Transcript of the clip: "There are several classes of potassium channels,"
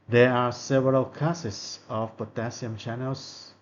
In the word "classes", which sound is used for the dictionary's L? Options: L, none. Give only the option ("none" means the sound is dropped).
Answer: none